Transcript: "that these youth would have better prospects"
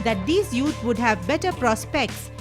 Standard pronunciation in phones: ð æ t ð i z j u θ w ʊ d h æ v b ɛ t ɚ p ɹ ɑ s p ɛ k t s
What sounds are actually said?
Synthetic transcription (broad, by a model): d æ t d i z j u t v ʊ d h æ v b ɛ t ɚ p ɹ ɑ s p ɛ k t s